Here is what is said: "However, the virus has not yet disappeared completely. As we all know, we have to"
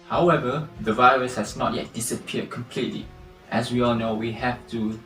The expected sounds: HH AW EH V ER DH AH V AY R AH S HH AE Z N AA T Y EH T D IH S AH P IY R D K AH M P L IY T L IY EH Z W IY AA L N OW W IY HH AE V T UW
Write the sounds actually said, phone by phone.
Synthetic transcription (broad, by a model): HH AW EH V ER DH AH V AY R AH S HH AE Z N AA T Y EH T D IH S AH P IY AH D K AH M P L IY T L IY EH S W IY AA L N OW W IY HH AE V T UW